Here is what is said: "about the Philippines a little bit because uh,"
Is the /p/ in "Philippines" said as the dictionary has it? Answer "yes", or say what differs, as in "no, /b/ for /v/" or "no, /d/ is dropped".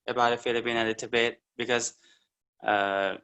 no, /b/ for /p/